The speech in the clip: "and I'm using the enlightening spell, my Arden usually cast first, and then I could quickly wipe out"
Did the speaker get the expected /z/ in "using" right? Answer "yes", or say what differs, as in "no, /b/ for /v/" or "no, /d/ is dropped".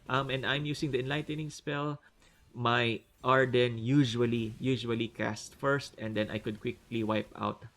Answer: no, /s/ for /z/